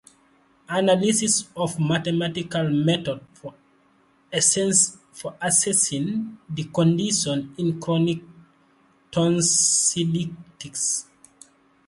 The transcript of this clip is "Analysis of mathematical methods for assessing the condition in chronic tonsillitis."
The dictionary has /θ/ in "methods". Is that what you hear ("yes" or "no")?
no